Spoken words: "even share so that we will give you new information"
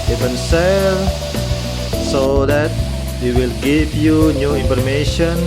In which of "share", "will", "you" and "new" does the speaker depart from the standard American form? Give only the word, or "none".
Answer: share